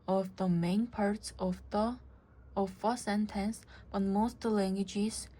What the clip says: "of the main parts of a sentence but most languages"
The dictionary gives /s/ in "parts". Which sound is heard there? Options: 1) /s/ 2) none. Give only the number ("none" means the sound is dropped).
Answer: 1